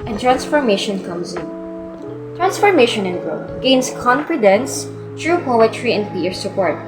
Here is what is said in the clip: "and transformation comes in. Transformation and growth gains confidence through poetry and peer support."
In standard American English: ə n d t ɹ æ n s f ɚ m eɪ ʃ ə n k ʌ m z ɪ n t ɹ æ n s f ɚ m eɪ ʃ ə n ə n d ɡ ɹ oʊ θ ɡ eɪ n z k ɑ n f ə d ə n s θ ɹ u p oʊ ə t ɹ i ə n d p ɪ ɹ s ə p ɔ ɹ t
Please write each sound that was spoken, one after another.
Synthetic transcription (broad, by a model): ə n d t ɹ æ n s f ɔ m eɪ ʃ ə n k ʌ m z ɪ n t ɹ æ n s f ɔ m eɪ ʃ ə n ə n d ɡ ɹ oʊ t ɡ eɪ n s k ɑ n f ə d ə n s t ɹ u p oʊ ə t ɹ i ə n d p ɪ ɹ s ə p ɔ ɹ t